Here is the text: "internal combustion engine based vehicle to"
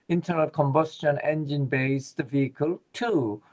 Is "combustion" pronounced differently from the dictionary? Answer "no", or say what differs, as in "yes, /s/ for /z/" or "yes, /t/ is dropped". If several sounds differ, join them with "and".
no